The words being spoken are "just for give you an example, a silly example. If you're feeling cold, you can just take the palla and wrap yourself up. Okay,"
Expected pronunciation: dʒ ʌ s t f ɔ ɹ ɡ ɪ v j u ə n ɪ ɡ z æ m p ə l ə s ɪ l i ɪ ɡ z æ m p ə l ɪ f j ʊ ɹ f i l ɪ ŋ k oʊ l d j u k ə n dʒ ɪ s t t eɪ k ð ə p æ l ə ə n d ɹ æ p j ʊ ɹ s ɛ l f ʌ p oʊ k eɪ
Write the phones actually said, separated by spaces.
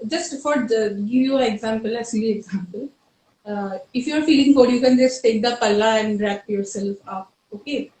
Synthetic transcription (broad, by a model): dʒ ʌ s t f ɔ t ɡ ɪ v j u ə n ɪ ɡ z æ m p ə l ə s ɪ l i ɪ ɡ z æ m p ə l ɪ f j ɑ ɹ f i l ɪ ŋ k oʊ d j u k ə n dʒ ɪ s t t eɪ k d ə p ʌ l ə ə n d ɹ æ p j ʊ ɹ s ɛ l f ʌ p oʊ k eɪ